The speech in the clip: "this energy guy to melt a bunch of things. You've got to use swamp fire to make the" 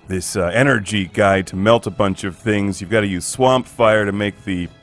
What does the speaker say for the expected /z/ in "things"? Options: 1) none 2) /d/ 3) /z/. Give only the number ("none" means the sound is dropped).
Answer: 3